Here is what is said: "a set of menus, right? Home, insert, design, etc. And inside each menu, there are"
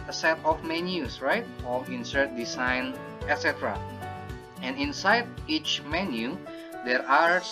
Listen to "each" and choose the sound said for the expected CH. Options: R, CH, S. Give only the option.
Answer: CH